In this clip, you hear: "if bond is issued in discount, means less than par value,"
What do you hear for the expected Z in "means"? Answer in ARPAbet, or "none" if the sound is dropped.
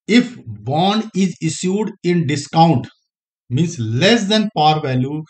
S